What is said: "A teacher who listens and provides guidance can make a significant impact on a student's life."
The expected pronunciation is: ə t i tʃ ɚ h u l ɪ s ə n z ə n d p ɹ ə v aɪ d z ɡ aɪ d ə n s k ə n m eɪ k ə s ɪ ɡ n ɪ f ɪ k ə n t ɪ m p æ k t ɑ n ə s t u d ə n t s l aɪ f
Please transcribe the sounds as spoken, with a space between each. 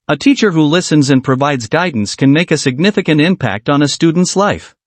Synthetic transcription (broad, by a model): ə t i tʃ ɚ h u l ɪ s ə n z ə n p ɹ ə v aɪ d z ɡ aɪ d n s k ə n m eɪ k ə s ɪ ɡ n ɪ f ɪ k ə n t ɪ m p æ k t n ə s t u d n t s l aɪ f